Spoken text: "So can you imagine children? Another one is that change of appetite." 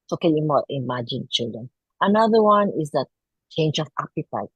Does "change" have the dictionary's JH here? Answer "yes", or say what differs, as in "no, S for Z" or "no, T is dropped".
yes